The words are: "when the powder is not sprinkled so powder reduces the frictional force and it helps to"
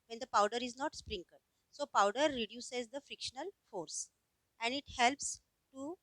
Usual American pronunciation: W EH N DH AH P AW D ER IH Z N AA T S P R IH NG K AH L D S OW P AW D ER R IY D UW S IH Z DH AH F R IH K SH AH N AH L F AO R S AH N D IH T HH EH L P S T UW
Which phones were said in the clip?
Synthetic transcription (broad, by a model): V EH N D AH P AW D ER IH Z N AA T S P R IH NG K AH D S OW P AW D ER R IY D UW S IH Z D AH F R IH K SH AH N AH L F AO R S AH N D IH T HH EH L P S T UW